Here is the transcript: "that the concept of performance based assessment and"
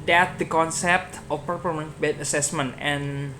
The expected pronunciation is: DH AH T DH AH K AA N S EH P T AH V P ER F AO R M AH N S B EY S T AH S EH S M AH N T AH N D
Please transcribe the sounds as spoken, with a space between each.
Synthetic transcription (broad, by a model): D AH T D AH K AA N S EH P T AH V P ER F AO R M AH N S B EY T AH S EH S M AH N T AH N